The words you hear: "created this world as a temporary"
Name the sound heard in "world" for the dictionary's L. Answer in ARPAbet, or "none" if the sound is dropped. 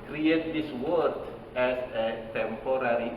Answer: none